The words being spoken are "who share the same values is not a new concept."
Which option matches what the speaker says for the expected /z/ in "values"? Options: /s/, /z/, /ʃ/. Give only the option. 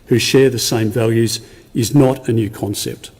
/z/